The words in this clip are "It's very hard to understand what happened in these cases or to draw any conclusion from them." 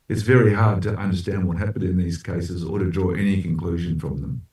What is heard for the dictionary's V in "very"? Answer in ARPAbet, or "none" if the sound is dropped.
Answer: V